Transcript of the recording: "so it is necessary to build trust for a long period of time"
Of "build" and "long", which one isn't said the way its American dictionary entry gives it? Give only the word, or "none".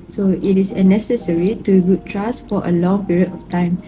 build